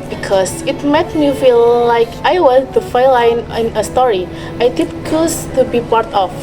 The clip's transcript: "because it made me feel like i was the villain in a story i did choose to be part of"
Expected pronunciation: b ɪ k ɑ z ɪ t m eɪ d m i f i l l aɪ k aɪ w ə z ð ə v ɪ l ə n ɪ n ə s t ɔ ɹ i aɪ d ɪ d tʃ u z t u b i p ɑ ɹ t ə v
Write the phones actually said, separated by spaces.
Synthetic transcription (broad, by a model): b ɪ k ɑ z ɪ t m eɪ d m i f i l l aɪ k aɪ w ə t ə f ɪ l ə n ɪ n ə s t ɔ ɹ i aɪ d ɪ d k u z t u b i p ɑ ɹ t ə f